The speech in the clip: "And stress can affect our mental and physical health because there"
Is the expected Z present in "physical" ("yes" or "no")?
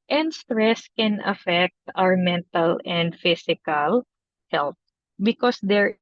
no